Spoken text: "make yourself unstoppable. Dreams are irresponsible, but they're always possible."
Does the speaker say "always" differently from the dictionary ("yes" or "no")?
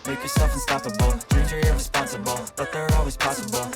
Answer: no